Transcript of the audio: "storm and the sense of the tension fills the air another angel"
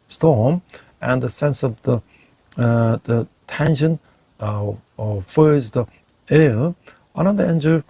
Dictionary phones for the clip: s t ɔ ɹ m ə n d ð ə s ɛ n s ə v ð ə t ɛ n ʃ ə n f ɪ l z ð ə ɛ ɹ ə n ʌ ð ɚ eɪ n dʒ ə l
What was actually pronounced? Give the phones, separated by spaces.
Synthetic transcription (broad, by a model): s t ɔ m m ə n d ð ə s ɛ n s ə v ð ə t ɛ n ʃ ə n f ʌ z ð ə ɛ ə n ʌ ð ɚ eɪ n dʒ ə